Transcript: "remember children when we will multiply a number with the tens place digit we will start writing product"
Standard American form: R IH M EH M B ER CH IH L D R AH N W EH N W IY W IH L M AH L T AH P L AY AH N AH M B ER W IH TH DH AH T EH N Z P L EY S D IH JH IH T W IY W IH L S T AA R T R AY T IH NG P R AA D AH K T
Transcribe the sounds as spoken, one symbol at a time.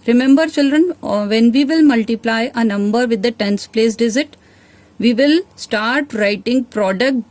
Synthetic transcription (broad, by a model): R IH M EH M B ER CH IH L D R AH N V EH N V IY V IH L M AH L T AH P L AY AH N AH M B ER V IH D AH T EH N S P L EY S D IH Z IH T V IY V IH L S T AA R T R AY T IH NG P R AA D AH K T